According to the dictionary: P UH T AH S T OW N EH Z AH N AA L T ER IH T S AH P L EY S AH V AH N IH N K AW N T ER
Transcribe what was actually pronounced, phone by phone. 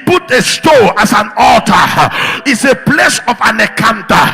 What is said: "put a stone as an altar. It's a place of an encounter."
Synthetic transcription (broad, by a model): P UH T AH S T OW AA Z AH N AA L T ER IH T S AH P L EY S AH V AH N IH K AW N T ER